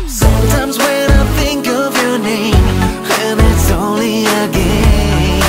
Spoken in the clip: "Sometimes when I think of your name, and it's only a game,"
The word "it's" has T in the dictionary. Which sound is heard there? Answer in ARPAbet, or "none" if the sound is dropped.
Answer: T